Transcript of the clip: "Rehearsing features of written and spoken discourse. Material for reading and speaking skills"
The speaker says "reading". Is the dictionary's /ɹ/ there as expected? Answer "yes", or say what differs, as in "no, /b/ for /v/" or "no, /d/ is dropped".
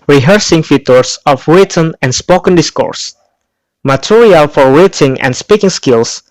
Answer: no, /w/ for /ɹ/